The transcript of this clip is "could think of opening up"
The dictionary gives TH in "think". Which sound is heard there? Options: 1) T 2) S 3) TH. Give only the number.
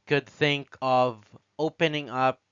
3